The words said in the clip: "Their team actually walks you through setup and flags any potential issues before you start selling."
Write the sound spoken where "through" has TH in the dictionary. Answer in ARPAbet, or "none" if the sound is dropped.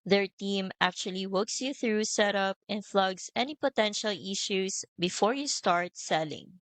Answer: TH